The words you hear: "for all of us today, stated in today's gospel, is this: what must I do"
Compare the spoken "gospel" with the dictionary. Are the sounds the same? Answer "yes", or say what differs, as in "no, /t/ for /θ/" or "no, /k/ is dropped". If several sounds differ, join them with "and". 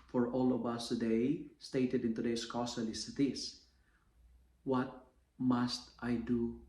no, /p/ is dropped